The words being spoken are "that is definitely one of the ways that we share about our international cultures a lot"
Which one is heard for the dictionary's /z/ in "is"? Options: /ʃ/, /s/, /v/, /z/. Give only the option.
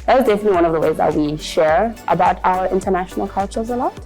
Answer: /z/